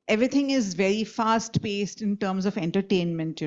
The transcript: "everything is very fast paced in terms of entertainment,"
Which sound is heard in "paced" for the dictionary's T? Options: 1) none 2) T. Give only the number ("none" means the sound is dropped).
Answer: 2